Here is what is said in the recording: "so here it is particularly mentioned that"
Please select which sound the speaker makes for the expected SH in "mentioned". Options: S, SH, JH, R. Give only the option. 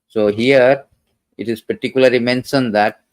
S